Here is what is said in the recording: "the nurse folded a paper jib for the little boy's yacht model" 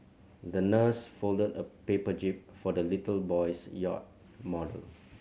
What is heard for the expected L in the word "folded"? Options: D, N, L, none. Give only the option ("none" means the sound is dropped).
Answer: L